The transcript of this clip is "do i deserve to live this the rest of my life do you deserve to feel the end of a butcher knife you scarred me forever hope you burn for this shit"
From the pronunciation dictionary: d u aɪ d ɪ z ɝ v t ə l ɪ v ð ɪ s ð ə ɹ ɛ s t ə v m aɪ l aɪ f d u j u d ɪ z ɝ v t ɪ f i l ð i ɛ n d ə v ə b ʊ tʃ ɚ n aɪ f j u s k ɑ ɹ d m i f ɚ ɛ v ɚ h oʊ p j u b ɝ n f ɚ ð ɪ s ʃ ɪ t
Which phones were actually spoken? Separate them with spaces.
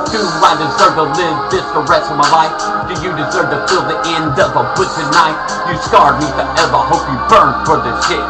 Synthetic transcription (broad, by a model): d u aɪ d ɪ z ɝ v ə l ɪ v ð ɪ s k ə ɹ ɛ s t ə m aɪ l aɪ f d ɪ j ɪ d ɪ z ɝ v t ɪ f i l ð i ɛ n d ə v ə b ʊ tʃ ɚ n aɪ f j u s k ɑ ɹ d m i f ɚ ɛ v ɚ h oʊ p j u b ɝ n f ɚ ð ɪ s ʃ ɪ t